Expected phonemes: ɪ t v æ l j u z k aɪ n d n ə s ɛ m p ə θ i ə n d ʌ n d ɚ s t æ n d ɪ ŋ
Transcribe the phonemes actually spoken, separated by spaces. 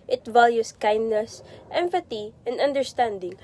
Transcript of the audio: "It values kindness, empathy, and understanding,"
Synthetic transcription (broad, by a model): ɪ t v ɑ l j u s k aɪ n d n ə s ɛ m f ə t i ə n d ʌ n d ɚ s t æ n d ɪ ŋ